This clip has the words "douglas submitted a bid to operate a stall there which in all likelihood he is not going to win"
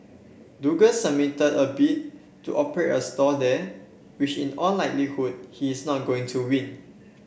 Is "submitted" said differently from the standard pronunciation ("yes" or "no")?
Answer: yes